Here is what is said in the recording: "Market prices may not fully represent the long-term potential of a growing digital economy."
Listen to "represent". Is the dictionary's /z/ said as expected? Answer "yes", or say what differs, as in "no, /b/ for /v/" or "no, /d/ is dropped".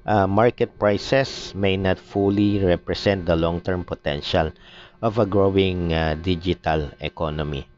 no, /s/ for /z/